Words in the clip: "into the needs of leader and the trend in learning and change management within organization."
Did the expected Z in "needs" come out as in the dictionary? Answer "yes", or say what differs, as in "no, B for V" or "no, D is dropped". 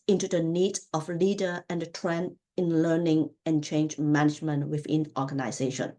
no, Z is dropped